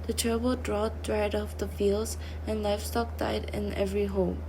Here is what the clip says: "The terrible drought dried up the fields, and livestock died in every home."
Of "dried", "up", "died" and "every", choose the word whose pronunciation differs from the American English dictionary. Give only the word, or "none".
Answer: up